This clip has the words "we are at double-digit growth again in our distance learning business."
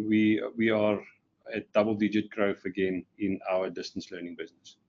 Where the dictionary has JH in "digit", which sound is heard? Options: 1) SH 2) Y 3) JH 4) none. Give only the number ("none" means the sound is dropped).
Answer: 3